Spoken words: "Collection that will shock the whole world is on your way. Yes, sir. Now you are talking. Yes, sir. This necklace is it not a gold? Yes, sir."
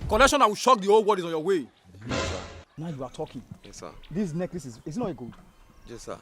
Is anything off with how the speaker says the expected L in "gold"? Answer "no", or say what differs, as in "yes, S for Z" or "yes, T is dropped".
yes, L is dropped